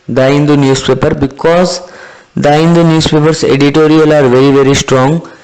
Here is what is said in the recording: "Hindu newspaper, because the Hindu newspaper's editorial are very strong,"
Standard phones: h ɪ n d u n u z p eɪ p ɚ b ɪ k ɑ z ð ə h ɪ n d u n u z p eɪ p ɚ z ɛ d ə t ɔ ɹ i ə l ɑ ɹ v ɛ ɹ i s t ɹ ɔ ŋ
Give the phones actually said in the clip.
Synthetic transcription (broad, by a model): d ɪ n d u n u s p eɪ p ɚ b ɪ k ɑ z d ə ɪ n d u n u s p eɪ p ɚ s ɛ d ə t ɔ ɹ i ə l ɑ ɹ v ɛ ɹ i s t ɹ ɔ ŋ